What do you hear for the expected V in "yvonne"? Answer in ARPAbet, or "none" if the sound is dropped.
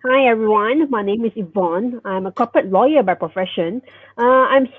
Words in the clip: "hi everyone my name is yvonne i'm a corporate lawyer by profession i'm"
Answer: V